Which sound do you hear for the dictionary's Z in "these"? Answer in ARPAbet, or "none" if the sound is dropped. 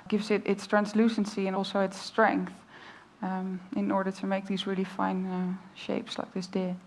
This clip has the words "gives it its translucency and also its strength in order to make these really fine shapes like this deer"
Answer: Z